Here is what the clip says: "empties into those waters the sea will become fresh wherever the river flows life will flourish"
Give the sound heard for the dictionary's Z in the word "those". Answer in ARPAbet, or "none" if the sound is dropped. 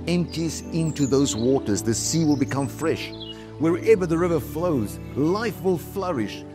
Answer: Z